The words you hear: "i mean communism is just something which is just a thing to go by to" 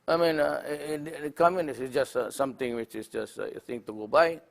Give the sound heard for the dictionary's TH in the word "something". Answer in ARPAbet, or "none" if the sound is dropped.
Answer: T